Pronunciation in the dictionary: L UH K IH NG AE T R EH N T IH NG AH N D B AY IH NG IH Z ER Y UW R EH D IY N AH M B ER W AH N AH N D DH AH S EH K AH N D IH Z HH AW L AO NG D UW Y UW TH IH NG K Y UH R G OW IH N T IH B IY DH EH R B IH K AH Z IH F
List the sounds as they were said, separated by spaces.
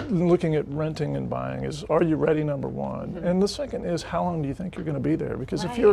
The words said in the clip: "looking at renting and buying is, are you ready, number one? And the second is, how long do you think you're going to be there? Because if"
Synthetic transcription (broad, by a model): L UH K IH NG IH T R EH N T IH NG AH N B AY IH NG IH Z ER Y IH R EH D IY N AH M B ER W AH N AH N DH AH S EH K AH N D IH Z HH AW L AO NG D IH Y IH TH IH NG K Y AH R G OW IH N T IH B IY DH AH R B IH K AH Z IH F